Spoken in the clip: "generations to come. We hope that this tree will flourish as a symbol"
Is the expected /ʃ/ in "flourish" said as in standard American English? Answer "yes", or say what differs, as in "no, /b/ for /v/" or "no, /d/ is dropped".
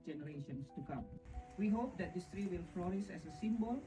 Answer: no, /s/ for /ʃ/